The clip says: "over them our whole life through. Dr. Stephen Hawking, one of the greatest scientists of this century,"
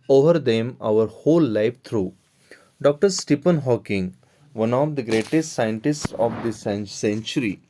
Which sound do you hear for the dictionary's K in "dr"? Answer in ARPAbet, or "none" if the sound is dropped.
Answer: K